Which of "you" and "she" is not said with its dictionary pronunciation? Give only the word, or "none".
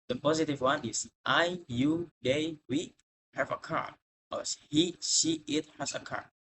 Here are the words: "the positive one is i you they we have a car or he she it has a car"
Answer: she